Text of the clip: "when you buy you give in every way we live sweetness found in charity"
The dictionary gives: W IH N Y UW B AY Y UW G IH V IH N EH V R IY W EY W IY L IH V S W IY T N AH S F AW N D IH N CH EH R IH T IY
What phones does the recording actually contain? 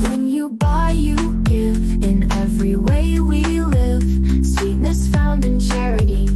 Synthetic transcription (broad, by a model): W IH N Y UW B AY Y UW G IH V IH N EH V R IY W EY W IY L IH V S W IY T N AH S F AW N D IH N CH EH R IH T IY